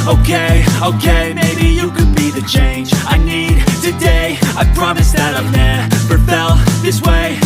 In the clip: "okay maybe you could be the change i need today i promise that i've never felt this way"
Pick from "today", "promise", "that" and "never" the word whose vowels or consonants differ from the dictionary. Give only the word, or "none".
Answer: never